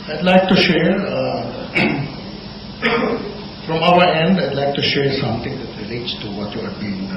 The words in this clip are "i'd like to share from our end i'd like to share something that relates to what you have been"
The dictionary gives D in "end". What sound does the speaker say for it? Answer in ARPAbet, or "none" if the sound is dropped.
D